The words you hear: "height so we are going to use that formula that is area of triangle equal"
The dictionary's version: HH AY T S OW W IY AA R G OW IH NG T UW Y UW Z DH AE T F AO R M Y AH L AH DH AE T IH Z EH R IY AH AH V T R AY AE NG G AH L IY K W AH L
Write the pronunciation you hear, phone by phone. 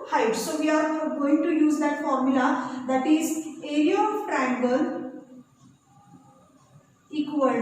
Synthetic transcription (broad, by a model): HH AY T S OW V IY AA R G OW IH NG T UW Y UW Z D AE T F AO R M Y AH L AH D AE T IH Z EH R IY AH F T R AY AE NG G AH N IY K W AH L